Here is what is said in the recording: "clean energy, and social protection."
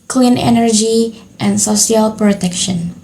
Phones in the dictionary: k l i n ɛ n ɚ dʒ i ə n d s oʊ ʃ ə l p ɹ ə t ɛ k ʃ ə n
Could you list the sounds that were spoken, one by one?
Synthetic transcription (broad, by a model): k l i n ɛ n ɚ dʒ i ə n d s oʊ s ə l p ɹ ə t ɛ k ʃ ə n